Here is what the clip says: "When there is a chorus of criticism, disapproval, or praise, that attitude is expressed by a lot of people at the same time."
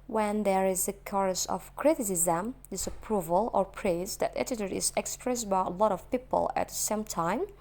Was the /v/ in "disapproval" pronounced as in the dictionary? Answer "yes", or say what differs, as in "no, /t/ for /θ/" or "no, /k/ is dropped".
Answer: yes